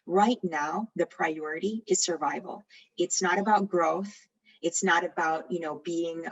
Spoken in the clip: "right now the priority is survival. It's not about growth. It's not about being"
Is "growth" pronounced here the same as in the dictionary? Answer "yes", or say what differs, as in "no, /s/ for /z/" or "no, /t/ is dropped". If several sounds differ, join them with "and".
yes